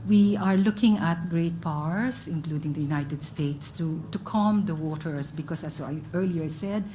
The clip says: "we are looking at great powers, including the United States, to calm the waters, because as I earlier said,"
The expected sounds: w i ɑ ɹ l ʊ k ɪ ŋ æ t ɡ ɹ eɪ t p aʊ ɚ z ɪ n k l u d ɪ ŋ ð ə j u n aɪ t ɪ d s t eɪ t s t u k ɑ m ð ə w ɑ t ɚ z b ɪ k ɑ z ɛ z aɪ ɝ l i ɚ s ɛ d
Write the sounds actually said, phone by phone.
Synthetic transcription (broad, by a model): w i ɑ ɹ l ʊ k ɪ ŋ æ t ɡ ɹ eɪ t p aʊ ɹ s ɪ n k l u d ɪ ŋ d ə j u n aɪ t ɪ d s t eɪ t s t u k ɑ m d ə w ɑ t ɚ s b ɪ k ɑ s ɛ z aɪ ɝ l i ɚ s ɛ d